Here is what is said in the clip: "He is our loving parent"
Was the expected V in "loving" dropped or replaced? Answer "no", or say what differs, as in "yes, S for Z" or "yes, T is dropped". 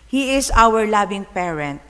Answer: yes, B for V